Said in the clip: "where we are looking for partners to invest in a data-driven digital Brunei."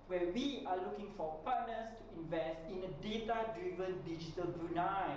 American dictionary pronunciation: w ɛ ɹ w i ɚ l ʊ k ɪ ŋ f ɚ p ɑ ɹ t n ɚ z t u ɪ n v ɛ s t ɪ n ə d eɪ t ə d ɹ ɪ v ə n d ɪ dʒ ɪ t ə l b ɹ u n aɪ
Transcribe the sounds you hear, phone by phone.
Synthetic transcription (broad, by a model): w ɛ w i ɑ l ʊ k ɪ ŋ f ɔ p ɑ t n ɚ s t u ɪ n v ɛ s t ɪ n ə d eɪ t ə d ɹ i v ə n d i dʒ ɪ t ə l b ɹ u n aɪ